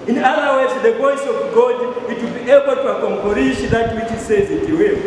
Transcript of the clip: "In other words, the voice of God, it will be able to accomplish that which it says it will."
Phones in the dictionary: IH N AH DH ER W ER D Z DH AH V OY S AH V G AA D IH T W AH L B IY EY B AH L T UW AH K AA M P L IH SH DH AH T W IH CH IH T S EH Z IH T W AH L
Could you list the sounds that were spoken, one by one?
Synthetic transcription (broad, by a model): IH N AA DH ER W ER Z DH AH P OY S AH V G AA D IH T W AH L B IY EY B AH L T UW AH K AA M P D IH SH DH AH T W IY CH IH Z S EH Z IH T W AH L